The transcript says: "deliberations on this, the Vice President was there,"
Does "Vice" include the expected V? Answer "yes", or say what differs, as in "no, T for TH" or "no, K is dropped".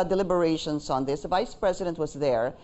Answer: yes